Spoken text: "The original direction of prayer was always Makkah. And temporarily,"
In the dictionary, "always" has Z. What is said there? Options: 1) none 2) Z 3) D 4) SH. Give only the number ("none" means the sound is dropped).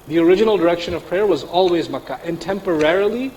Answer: 2